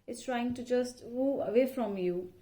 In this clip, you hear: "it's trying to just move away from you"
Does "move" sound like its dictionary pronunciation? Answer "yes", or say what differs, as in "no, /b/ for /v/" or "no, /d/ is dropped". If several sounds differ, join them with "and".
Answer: no, /v/ is dropped